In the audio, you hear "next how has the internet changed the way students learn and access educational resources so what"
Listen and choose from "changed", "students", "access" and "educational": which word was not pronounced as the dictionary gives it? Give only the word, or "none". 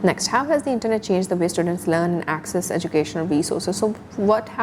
none